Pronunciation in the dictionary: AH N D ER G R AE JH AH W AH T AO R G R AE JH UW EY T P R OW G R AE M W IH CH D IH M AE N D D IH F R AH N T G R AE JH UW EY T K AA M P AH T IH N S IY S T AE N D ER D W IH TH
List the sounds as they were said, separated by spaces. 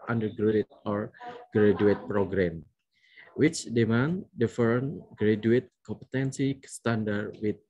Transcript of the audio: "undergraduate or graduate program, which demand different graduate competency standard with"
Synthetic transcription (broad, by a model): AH N D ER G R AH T AO R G R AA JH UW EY T P R OW G R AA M W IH CH D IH M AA N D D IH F AH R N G R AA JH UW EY T K AA M P AH T IH N S IY S T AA N D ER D W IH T